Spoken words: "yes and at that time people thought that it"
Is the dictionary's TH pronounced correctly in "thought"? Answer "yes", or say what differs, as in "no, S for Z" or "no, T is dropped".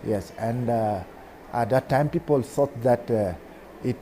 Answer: no, S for TH